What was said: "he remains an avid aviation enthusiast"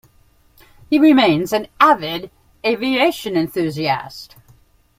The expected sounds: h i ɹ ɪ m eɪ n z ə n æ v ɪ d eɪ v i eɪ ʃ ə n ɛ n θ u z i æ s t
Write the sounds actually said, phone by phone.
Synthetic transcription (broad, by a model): h i ɹ ɪ m eɪ n z ə n æ v ɪ d eɪ v i eɪ ʃ ə n ɛ n θ u z i æ s t